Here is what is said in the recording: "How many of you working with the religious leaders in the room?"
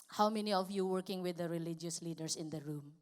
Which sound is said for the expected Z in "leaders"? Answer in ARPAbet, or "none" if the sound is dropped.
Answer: S